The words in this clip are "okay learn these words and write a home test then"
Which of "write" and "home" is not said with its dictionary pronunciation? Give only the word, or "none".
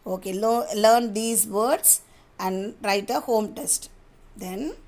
none